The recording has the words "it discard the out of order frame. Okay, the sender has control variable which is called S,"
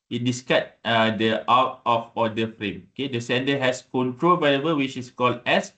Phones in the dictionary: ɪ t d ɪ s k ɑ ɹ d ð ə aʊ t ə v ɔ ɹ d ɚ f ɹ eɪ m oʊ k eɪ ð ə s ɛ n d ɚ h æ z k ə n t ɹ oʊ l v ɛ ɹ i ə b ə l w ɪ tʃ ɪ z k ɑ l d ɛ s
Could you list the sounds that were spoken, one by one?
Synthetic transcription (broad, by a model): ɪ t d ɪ s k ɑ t d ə aʊ t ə f ɔ d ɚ f ɹ eɪ m oʊ k eɪ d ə s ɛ n d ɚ h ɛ s k ə n t ɹ oʊ l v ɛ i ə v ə w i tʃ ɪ s k ɑ l d ɛ s